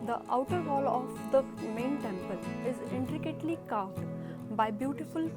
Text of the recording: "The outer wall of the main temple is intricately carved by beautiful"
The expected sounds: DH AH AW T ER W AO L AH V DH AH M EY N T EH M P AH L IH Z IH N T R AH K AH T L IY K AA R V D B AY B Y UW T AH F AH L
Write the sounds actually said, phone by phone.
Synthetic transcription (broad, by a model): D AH AW T ER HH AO L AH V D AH M EY N T EH M P AH L IH Z IH N T R AH K AH T L IY K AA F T B AY B Y UW T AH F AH L